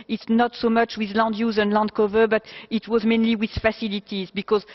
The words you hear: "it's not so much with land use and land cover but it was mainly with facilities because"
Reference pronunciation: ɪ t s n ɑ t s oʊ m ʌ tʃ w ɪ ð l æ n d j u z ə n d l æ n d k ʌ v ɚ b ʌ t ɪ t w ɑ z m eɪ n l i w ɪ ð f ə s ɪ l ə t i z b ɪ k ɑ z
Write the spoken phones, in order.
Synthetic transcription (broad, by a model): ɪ t s n ɑ t s oʊ m ʌ tʃ w ɪ ð l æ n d j u z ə n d l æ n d k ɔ v ɚ b ʌ t ɪ t w ɑ z m eɪ n l i w ɪ ð f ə s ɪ l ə t i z b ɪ k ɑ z